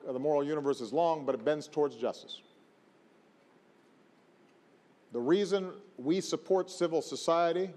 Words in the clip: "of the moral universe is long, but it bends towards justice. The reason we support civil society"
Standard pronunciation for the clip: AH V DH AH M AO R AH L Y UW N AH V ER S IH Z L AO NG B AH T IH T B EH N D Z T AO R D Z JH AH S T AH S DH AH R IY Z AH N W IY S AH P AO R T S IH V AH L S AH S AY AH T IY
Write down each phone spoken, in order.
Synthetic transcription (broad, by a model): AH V DH AH M AO R L Y UW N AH V ER S IH Z L AO NG B AH T IH T B EH N D Z T AO R D Z JH AH S T AH S DH AH R IY Z AH N W IY S AH P AO R T S IH V L S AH S AY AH T IY